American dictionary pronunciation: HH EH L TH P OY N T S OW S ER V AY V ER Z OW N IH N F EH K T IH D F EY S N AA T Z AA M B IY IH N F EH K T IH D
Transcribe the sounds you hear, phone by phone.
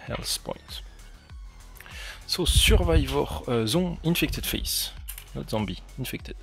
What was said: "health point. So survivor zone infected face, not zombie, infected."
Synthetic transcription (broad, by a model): HH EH L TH P OY N T S OW S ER V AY V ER Z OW IH N F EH K T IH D F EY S N AA T Z AA M B IY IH N F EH K T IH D